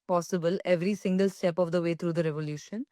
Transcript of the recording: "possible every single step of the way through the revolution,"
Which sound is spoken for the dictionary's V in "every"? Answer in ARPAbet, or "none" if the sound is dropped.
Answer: V